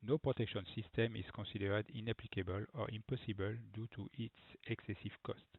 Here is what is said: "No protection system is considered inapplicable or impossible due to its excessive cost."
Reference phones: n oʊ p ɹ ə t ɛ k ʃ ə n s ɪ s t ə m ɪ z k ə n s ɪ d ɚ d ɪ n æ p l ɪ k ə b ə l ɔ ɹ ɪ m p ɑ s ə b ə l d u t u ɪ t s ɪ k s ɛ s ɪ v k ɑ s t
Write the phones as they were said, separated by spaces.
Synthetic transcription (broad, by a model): n oʊ p ɹ ə t ɛ k ʃ ə n s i s t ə m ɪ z k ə s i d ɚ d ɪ n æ p l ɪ k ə b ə l ɔ ɹ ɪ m p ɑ s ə b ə l d u t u ɪ t s ɪ k s ɛ s ɪ v k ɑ s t